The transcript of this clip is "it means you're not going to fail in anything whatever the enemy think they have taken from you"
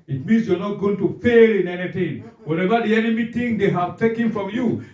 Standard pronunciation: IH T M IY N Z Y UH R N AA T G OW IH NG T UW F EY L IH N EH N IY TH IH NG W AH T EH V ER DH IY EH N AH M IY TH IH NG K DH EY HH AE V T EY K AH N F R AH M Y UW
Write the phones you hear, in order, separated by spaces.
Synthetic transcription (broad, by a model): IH T M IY N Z Y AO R N AA T G OW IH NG T UW F EY L IH N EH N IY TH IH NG W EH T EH V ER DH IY EH N AH M IY T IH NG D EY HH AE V T EY K AH N F R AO M Y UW